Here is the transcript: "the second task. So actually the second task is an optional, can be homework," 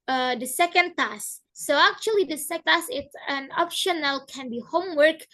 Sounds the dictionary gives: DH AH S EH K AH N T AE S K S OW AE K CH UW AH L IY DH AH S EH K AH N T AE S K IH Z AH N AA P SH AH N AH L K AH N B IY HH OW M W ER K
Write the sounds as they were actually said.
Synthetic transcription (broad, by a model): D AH S EH K AH N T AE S S OW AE K CH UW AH L IY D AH S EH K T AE S IH S AH N AA P SH AH N AH L K AH N B IY HH OW M W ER K